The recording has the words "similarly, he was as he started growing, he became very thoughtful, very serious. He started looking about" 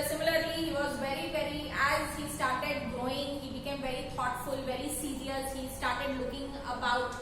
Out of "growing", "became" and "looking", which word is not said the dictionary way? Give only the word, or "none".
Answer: growing